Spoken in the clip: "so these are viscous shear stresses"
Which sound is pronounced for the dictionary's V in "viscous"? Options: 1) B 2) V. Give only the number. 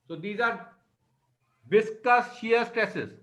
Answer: 1